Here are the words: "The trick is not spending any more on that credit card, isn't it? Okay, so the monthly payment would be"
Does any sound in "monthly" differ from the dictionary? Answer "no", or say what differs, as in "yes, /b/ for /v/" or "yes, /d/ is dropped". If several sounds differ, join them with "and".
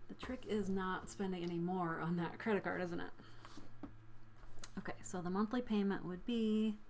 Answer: no